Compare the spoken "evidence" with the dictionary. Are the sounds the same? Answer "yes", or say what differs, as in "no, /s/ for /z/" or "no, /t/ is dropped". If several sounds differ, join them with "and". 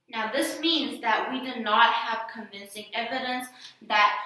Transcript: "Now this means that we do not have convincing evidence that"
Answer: yes